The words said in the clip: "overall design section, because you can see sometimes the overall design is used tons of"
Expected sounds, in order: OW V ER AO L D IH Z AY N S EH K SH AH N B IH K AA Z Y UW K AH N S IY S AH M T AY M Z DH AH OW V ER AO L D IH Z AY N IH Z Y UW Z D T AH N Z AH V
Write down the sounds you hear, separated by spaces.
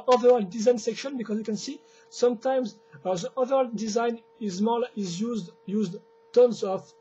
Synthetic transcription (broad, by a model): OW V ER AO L D IH Z AY N S EH K SH AH N B IH K AA Z Y UW K AH N S IY S AH M T AY M Z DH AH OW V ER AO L D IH Z AY N IH Z Y UW Z D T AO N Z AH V